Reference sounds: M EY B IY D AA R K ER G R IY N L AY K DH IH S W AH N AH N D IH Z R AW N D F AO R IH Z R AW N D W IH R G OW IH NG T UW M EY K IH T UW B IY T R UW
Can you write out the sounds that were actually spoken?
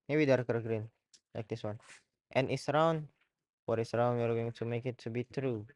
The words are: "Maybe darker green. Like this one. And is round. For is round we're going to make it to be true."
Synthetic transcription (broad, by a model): M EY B IY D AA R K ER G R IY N L AY K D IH S W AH N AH N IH S R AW N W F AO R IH S R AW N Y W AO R G OW IH NG T UW M EY K IH T UW B IY T R UW